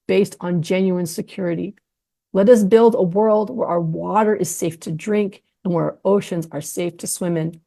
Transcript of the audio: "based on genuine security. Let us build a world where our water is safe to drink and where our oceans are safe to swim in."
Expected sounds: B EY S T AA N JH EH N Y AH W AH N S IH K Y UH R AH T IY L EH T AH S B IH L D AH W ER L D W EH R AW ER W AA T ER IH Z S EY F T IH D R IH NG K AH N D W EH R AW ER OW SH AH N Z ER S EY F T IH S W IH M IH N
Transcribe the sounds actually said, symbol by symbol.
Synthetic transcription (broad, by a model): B EY S T N JH EH N Y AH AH N S IH K Y UH R AH T IY L EH T AH S B IH L D AH W ER L D W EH R AW ER W AA T ER IH Z S EY F T IH D R IH NG K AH N W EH R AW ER OW SH AH N Z ER S EY F T IH S W IH M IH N